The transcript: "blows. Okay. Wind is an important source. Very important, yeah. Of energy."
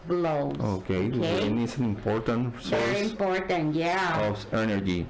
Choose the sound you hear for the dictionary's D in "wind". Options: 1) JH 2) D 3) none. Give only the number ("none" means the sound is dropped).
3